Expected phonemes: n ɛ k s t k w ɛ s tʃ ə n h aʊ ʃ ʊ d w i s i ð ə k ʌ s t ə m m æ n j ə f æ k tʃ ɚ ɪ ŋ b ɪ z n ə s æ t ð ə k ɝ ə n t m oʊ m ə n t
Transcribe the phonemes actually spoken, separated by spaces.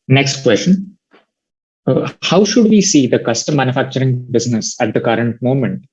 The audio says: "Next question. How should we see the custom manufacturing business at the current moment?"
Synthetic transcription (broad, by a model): n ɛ k s t k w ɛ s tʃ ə n h aʊ ʃ ʊ d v i s i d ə k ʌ s t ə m m æ n j ə f æ k tʃ ɚ ɪ ŋ b ɪ z n ə s æ t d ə k ɝ ə n t m oʊ m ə n t